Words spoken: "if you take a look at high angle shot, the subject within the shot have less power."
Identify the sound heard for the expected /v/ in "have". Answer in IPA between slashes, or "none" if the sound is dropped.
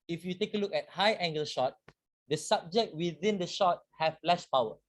/f/